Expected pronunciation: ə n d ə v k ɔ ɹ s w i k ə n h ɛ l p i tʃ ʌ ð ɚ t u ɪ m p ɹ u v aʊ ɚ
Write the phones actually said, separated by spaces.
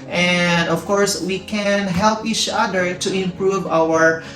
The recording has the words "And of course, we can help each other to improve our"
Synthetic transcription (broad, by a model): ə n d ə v k ɔ ɹ s w i k ə n h ɛ l p i tʃ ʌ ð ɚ t u ɪ m p ɹ u v aʊ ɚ